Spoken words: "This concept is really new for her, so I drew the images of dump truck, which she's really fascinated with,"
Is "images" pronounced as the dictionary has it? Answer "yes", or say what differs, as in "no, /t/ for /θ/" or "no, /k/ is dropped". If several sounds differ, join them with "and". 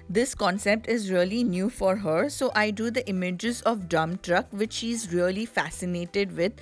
yes